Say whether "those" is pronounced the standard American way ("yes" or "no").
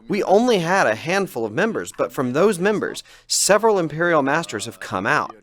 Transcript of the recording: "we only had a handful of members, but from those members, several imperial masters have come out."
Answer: yes